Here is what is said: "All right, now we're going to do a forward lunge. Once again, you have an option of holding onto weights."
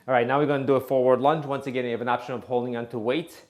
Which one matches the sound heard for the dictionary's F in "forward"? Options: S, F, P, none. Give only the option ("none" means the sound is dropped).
F